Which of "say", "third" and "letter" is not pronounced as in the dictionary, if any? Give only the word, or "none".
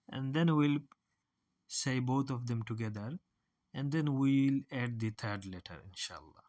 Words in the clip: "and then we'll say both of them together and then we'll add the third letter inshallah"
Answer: third